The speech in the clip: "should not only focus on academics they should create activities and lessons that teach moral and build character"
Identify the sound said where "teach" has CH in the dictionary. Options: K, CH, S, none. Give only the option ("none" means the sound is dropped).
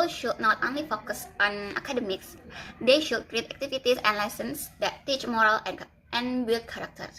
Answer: CH